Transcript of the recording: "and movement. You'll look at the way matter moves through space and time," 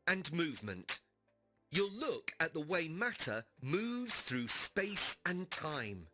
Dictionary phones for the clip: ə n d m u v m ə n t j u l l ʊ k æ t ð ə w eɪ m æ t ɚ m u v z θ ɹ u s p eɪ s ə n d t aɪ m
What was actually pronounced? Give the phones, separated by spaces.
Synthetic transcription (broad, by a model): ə n m u v m ə n t j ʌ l l ʊ k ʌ t ð ə w eɪ m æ t ɚ m u v z θ ɹ u s p eɪ s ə n t aɪ m